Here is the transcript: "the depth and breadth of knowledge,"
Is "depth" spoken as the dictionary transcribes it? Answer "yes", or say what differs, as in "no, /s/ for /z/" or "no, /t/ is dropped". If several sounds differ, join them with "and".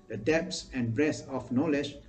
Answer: no, /s/ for /θ/